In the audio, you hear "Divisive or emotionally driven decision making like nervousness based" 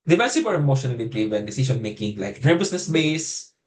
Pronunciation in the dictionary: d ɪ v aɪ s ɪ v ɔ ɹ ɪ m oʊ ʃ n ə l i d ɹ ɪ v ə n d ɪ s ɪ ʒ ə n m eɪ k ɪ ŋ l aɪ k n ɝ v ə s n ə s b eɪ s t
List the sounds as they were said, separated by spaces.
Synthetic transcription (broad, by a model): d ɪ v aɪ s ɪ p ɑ ɹ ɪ m oʊ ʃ n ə l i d ɹ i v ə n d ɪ s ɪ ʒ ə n m eɪ k ɪ ŋ l aɪ k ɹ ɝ b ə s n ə s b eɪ s